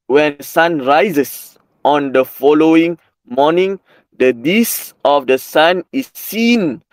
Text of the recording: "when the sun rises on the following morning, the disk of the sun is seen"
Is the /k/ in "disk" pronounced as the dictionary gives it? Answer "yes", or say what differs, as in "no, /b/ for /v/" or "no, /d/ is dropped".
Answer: no, /k/ is dropped